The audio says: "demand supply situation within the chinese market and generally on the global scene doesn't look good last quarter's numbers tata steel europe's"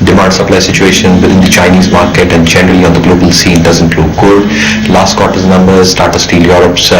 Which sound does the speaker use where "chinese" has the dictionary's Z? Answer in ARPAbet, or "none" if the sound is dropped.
Z